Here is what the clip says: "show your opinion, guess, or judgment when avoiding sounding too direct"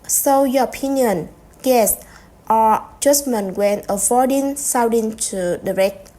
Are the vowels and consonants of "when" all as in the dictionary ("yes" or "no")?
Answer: yes